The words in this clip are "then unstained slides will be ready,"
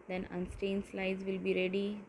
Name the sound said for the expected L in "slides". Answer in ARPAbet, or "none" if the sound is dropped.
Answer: L